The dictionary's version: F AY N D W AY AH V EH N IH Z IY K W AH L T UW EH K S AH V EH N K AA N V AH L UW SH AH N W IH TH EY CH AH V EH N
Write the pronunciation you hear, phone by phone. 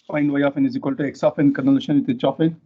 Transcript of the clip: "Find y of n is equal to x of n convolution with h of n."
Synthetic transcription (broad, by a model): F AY N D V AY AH F EH N IH Z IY K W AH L T UW EH K S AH F EH N K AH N AH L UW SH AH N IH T EY CH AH F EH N